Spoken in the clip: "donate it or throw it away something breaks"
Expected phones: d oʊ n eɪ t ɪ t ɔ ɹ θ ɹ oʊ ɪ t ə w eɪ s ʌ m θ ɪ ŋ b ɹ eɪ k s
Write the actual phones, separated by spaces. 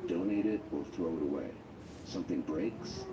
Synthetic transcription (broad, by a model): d oʊ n eɪ t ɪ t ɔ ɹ θ ɹ oʊ ɪ t ə w eɪ s ʌ m θ ɪ ŋ b ɹ eɪ k s